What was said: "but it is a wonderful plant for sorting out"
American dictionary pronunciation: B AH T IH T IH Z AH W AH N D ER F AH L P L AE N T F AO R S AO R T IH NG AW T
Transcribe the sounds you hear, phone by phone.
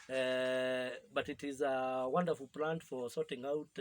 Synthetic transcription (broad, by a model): B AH T IH T IH Z AH W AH N D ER F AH L P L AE N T F AO R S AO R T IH NG AW T